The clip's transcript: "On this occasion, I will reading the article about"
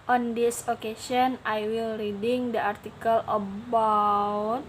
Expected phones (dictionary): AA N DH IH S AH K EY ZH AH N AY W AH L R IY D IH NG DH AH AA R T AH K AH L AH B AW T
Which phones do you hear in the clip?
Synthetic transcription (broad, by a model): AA N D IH S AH K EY S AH N AY W AH L R IY D IH NG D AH AA R T AH K AH L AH B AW T